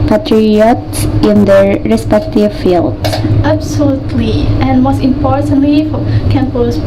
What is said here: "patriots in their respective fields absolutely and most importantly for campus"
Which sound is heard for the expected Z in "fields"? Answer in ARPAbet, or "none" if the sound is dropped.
none